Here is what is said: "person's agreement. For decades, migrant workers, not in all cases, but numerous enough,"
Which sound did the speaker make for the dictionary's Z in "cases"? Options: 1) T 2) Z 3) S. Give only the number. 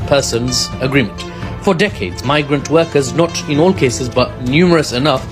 2